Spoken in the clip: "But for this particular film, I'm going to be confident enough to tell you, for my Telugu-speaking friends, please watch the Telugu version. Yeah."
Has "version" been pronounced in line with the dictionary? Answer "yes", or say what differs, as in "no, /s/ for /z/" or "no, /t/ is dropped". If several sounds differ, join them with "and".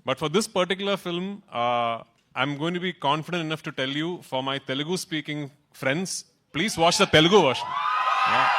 no, /ʃ/ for /ʒ/